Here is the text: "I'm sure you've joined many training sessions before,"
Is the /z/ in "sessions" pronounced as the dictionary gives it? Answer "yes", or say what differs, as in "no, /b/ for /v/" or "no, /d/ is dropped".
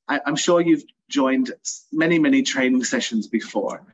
yes